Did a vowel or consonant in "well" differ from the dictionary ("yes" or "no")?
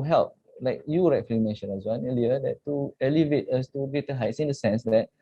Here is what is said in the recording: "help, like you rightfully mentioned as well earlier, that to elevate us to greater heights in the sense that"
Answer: yes